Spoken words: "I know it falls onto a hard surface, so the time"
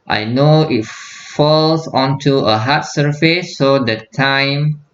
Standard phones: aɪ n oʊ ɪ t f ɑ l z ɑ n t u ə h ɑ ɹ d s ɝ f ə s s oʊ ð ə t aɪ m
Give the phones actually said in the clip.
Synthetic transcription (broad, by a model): aɪ n oʊ ɪ t f ɑ l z ɑ n t u ə h ɑ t s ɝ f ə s s oʊ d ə t aɪ m